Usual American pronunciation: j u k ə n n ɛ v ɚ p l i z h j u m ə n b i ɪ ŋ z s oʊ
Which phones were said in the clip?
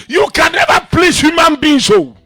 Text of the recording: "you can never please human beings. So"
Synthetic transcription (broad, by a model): j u k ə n n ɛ v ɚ p l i s h j u m ə n b i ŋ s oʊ